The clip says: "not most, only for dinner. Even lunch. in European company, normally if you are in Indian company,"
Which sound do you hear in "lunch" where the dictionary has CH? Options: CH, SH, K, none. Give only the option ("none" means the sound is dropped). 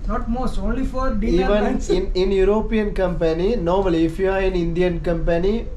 none